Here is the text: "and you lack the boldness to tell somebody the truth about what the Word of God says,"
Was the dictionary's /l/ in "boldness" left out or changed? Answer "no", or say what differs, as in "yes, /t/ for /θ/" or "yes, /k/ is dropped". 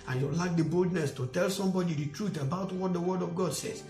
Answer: no